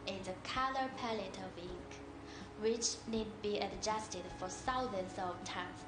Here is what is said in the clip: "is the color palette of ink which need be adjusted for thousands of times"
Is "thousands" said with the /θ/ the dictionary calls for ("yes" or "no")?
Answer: no